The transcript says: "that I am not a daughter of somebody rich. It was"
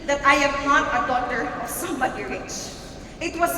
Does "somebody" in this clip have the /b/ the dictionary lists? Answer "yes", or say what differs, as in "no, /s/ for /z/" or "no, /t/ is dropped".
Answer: no, /b/ is dropped